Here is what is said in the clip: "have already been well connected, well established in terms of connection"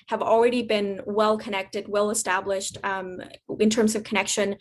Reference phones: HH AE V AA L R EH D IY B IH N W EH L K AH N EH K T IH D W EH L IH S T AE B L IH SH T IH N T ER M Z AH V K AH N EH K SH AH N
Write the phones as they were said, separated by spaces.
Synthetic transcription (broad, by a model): HH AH V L R EH D IY B IH N W EH L K AH N EH K T IH D W EH L IH S T AE B L IH SH T IH N T ER M Z AH V K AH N EH K SH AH N